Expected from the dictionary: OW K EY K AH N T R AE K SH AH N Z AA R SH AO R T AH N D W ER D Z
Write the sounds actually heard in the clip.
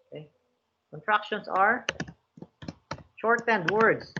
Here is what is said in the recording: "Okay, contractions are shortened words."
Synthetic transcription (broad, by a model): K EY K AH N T R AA K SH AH N S AA R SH AO R T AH N D W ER D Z